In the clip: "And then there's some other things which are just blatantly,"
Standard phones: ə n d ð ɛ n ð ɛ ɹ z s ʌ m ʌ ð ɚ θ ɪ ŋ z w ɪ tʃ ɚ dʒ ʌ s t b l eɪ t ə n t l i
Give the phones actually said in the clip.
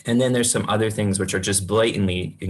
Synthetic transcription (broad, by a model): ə n ð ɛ n ð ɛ ɹ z s ʌ m ʌ ð ɚ θ ɪ ŋ z w ɪ tʃ ɚ dʒ ʌ s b l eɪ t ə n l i